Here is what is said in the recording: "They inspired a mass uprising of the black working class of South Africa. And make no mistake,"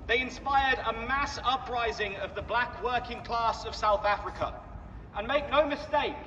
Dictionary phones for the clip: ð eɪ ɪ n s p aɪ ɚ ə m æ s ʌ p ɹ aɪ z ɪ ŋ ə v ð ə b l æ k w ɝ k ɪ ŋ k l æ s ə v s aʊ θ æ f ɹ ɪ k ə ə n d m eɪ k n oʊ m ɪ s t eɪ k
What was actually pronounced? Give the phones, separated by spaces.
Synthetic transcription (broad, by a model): ð eɪ ɪ n s p aɪ ɚ ə m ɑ s ʌ p ɹ aɪ z ɪ ŋ ə v ð ə b l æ k w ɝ k ɪ ŋ k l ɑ s ə v s aʊ θ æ f ɹ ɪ k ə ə n m eɪ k n oʊ m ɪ s t eɪ k